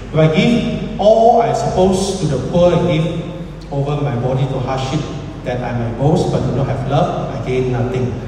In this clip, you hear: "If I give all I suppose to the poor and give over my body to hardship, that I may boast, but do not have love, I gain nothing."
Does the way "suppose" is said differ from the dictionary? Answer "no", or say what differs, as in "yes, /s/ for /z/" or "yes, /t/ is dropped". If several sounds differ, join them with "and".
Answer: yes, /s/ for /z/